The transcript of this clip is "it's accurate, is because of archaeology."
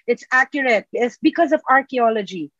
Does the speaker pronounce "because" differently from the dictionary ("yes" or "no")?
no